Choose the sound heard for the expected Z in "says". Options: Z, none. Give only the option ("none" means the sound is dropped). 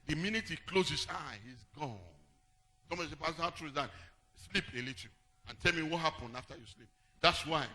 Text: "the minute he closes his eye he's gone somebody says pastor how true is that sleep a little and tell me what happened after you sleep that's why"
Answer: none